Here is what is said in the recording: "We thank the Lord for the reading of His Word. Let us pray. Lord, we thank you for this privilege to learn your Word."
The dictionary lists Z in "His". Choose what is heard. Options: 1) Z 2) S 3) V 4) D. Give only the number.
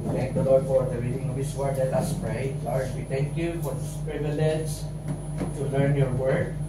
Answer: 2